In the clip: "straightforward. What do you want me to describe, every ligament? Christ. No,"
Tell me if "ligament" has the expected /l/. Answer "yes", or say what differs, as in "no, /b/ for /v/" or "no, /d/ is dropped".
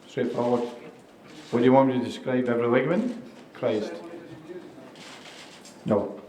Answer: no, /w/ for /l/